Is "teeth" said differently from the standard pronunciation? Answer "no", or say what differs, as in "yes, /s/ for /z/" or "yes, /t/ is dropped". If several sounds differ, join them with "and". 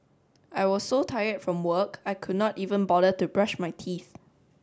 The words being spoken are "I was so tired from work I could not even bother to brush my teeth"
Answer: no